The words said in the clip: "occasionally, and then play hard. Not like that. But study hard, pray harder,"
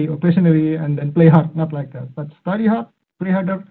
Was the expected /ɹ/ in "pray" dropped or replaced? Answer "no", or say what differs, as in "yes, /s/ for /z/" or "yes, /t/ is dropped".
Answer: yes, /l/ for /ɹ/